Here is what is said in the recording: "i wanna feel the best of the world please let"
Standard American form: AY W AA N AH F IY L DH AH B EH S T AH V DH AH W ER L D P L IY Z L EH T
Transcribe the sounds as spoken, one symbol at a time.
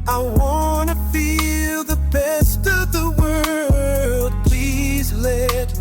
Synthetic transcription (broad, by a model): AY W AA N AH F IY L DH AH B EH S T AH V DH AH W ER L D P L IY Z L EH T